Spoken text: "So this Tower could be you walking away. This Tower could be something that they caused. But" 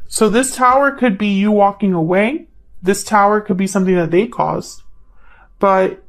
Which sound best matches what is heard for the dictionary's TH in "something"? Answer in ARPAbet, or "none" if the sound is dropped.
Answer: TH